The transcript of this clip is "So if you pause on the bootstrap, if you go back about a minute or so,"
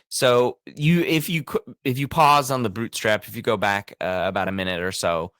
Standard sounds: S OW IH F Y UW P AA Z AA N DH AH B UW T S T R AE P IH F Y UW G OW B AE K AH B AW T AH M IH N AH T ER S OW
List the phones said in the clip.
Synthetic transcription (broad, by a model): S OW IH F Y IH P AA Z N DH AH B UW T S T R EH P IH F Y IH G OW B AE K AH B AW T AH M IH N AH T ER S OW